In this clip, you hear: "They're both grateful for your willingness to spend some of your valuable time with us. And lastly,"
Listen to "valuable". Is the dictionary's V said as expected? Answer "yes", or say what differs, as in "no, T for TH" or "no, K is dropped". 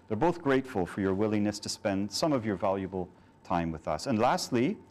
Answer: yes